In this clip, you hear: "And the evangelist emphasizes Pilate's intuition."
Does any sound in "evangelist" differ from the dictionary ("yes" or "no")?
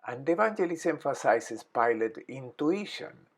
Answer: yes